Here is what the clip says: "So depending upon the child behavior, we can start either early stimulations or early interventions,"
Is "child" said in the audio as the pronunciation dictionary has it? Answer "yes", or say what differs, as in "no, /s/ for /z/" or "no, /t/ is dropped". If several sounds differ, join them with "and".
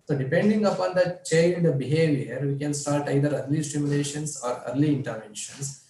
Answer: no, /n/ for /l/